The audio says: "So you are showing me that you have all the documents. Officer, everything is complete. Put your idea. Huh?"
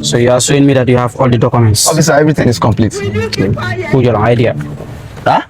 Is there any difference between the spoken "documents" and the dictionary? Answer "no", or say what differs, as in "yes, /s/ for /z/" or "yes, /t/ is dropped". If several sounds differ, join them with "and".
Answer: no